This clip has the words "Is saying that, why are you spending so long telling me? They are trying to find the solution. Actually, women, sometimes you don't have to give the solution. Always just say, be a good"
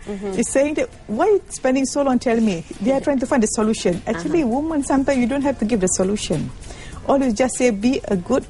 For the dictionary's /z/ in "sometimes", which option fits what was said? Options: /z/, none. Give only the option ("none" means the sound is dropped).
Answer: none